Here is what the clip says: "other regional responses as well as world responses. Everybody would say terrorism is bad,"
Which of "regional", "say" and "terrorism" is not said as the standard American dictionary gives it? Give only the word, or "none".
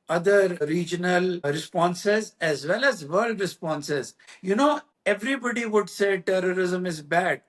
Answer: none